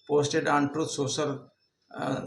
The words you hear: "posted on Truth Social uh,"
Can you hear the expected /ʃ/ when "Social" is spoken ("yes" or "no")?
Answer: no